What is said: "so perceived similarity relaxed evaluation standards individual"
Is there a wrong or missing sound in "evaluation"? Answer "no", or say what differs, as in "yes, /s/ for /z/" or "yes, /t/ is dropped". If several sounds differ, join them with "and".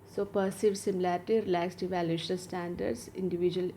yes, /l/ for /n/